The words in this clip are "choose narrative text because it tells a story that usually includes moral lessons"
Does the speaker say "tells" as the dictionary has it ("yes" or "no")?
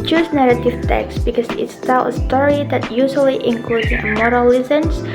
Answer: no